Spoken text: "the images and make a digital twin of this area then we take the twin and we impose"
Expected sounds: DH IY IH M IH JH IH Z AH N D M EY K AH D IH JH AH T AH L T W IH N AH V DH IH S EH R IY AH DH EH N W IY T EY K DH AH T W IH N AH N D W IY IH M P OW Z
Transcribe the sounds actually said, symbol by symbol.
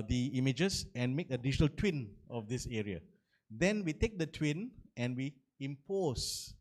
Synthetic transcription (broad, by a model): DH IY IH M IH JH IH S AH N M EY K AH D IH SH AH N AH L T W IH N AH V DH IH S EH R IY AH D EH N W IY T EY K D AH T W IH N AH N W IY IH M P OW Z